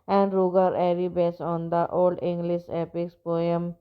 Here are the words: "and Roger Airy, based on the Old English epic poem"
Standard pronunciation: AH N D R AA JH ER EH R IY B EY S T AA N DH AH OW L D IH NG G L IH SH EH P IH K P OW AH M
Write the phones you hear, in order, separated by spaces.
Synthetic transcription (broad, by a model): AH N D R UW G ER EH R IY B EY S AA N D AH OW L D IH NG G L IH SH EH P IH K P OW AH M